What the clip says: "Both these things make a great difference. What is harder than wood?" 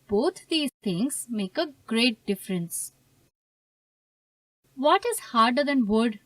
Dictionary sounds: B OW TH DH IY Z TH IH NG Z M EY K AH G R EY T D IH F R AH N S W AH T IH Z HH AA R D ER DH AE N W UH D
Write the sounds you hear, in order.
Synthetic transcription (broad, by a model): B OW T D IY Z T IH NG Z M EY K AH G R EY T D IH F R AH N S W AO T IH Z HH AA R D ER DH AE N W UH D